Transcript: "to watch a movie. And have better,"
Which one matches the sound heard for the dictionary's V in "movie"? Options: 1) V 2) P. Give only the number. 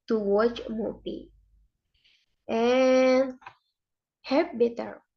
2